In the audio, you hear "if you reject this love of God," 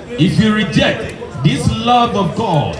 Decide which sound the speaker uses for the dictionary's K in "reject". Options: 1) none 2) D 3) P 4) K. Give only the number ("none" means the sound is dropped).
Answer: 4